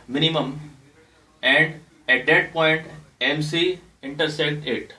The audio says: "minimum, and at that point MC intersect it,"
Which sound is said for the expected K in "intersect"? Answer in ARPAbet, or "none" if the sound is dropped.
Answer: K